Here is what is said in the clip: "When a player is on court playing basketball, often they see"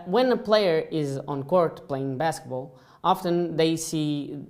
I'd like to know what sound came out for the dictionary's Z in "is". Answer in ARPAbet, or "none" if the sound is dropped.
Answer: Z